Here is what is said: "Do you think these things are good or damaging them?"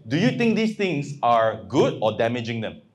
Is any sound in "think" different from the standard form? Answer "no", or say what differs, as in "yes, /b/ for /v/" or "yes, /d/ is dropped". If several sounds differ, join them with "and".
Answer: yes, /t/ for /θ/